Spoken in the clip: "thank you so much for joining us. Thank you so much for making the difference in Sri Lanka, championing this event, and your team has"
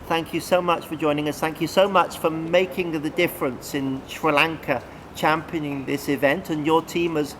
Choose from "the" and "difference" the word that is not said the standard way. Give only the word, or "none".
none